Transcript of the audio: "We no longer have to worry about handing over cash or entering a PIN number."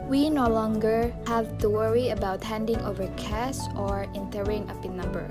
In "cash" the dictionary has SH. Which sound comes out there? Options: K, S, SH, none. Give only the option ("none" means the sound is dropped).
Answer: S